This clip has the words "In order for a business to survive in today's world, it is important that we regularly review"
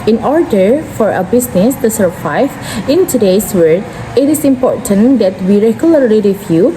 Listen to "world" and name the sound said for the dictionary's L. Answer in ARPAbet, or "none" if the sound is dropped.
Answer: none